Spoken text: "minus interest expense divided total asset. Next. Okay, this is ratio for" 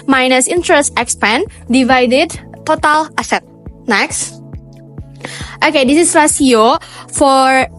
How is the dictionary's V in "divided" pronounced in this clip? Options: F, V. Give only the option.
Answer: V